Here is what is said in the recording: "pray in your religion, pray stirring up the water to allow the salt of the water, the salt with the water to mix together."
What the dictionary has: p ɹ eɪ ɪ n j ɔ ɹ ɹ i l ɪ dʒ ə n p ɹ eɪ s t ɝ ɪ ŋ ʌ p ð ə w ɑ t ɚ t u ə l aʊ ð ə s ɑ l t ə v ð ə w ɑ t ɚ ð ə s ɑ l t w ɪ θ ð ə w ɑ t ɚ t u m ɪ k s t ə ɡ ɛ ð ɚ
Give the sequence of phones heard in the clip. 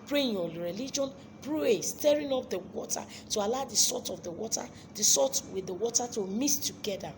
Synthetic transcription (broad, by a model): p ɹ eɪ ɪ n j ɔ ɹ ɹ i l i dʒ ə n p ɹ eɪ s t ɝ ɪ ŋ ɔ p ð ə w ɑ t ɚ t u ə l aʊ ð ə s ɑ t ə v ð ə w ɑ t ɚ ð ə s ɑ t w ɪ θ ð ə w ɑ t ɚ t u m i s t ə ɡ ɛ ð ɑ